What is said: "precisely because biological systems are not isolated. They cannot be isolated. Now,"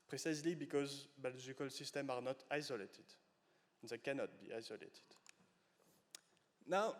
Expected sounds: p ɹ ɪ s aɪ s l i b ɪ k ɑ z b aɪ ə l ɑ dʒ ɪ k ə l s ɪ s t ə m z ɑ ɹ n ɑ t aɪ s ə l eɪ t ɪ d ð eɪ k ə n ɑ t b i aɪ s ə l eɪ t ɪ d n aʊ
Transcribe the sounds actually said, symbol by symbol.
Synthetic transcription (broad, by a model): p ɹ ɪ s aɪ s l i b ɪ k ɑ z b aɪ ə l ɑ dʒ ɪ k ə l s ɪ s t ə m ɑ ɹ n ɑ t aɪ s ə l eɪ t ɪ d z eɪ k ə n ɑ t b i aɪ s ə l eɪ t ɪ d n aʊ